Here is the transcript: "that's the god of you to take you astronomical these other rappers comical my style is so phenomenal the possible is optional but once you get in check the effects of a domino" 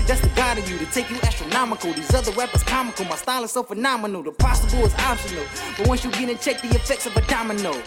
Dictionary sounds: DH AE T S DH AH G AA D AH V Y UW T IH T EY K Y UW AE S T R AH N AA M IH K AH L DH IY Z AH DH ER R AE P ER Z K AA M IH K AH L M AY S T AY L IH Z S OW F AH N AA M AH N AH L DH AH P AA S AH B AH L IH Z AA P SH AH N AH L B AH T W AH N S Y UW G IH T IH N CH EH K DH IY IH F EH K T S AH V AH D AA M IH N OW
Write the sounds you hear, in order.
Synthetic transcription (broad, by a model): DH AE T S DH AH G AA D AH V Y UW T IH T EY K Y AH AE S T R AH N AA M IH K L DH IY Z AH DH ER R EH P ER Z K AA M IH K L M AY S T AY L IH S OW F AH N AA M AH N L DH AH P AA S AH B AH L IH Z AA B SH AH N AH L B AH T W AH N S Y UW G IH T IH N CH EH K DH IY IH F EH K T S AH V AH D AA M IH N OW